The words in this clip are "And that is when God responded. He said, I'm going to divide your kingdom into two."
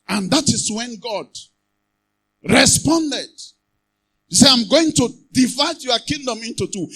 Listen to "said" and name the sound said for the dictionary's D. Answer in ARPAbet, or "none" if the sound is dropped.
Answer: none